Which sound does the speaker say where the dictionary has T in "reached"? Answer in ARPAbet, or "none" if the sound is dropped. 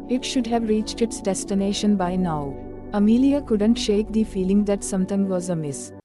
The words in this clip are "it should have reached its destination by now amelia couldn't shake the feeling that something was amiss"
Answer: T